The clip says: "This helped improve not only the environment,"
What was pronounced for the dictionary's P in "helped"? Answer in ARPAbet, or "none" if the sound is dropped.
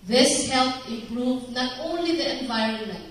none